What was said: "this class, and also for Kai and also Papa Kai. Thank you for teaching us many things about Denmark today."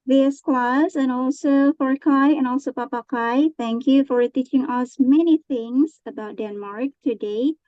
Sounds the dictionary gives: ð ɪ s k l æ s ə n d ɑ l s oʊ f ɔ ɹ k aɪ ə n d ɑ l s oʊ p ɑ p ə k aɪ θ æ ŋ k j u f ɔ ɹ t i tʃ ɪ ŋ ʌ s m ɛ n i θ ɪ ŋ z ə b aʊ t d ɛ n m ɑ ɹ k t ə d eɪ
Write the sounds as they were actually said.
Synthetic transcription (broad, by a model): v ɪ s k l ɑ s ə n ɑ l s oʊ f ɔ ɹ k aɪ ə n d ɑ l s oʊ p ɑ p ə k aɪ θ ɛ ŋ k j u f ɔ ɹ t i tʃ ɪ ŋ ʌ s m ɛ n i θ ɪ ŋ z ə b aʊ t d ɛ n m ɑ ɹ k t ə d eɪ